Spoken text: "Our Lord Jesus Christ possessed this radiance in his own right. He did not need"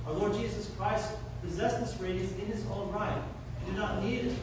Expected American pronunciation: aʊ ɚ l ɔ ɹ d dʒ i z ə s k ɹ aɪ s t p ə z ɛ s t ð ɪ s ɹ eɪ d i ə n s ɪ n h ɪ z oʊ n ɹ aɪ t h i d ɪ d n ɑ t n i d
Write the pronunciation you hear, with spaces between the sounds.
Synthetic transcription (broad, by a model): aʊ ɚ l ɔ ɹ d dʒ i z ə s k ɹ aɪ s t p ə z ɛ s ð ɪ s ɹ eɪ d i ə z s ɪ n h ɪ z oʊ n ɹ aɪ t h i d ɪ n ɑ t n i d